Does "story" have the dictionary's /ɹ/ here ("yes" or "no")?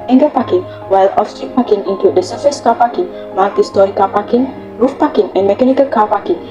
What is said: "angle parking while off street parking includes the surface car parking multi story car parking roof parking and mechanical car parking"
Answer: no